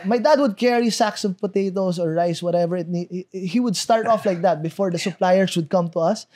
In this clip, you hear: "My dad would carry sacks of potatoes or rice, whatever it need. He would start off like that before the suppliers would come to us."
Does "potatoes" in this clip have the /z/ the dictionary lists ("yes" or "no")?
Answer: no